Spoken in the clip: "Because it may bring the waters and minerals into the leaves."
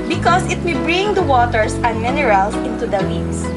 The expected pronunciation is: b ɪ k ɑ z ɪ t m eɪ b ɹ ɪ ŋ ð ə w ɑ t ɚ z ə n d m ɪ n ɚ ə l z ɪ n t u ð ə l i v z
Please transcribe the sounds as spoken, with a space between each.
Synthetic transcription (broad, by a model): b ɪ k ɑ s ɪ t m eɪ b ɹ ɪ ŋ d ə w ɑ t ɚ s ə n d m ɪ n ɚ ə l s ɪ n t u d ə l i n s